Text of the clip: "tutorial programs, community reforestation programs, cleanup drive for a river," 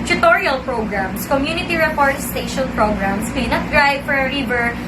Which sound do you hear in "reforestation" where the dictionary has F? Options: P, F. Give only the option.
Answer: P